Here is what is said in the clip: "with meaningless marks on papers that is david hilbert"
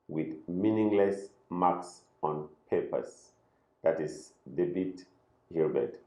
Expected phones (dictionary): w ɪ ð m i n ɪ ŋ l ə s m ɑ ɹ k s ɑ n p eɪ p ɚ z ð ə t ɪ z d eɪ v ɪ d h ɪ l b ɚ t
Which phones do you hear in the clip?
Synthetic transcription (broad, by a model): w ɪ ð m i n ɪ ŋ l ə s m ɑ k s ɑ n p eɪ p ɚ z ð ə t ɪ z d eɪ b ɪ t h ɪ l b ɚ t